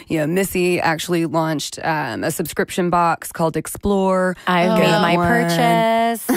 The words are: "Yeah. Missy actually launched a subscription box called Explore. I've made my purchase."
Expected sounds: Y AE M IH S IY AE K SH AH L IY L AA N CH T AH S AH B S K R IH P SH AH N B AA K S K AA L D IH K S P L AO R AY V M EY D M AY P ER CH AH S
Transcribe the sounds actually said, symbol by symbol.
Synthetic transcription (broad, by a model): Y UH M IH S IY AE K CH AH L IY L AA N CH T AH S AH B S K R IH P SH AH N B AA K S K AA L D IH K S P L AO R AY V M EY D M AY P ER CH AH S